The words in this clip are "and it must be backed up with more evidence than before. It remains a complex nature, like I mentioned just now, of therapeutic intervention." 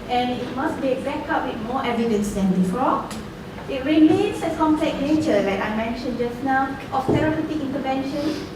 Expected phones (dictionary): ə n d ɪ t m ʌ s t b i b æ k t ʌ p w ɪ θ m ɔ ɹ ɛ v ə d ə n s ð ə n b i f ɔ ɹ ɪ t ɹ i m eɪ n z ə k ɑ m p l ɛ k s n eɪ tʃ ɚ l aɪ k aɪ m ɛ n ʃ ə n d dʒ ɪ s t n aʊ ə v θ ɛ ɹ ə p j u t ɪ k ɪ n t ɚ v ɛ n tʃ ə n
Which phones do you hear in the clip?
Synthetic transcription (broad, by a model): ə n ɪ t m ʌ s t b i b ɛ k ɑ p w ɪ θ m ɔ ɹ ɛ v ə d ə n s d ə n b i f ɔ ɪ t ɹ i m eɪ n s ə k ɑ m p l ɛ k n eɪ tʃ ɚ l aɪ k aɪ m ɛ n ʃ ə n dʒ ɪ s n aʊ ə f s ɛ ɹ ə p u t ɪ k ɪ n t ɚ v ɛ n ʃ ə n